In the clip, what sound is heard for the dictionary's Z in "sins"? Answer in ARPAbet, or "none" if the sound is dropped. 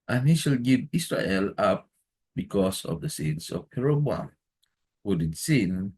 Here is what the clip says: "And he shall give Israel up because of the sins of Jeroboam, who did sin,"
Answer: S